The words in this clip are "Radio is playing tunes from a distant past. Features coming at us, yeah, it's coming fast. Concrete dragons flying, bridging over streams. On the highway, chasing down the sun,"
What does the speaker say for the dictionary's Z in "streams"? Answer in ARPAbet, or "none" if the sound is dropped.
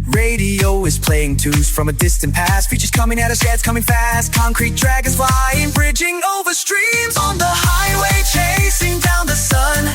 Z